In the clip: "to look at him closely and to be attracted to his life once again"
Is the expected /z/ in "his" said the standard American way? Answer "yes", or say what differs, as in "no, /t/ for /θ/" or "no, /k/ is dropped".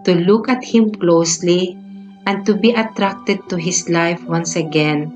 no, /s/ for /z/